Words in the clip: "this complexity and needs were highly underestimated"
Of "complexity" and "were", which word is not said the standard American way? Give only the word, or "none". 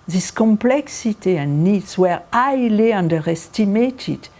none